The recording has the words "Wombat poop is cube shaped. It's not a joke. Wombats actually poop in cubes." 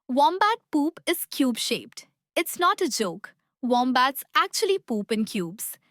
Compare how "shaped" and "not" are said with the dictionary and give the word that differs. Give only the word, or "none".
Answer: none